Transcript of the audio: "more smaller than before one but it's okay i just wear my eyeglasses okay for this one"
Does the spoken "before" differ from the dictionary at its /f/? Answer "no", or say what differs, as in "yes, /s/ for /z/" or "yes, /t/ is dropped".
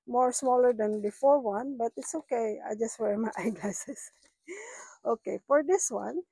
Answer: no